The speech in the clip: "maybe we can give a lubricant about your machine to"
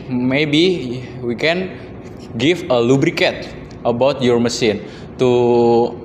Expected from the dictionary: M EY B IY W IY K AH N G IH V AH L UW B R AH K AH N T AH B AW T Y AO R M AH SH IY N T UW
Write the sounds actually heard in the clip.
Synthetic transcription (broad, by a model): M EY B IY W IY K AH N G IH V AH L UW B R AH K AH T AH B AW T Y AO R M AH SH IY N T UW